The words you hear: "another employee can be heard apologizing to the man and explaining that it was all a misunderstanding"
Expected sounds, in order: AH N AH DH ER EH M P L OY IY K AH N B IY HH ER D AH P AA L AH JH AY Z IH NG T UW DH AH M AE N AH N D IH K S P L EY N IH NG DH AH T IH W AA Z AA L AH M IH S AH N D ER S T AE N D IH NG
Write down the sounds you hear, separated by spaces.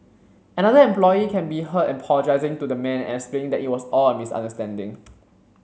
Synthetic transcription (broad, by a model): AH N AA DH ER EH M P L OY IY K AH N B IY HH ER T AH P AA L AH JH AY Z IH NG T UW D AH M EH N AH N S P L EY IH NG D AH T IH W AA S AA L AH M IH S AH N D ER S T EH N D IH NG